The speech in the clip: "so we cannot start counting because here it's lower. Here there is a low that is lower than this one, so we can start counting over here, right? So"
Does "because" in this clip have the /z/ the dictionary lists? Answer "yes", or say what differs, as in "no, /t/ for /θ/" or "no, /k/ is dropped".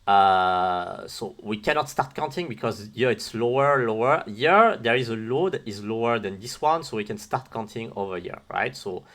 yes